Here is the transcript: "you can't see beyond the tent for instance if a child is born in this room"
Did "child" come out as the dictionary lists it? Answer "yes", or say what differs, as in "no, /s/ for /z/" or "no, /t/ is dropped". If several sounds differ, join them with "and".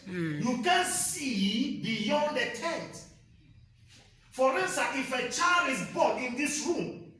no, /d/ is dropped